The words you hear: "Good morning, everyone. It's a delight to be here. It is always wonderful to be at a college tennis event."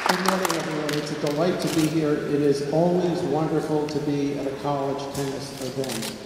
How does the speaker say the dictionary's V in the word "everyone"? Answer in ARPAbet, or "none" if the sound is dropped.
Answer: none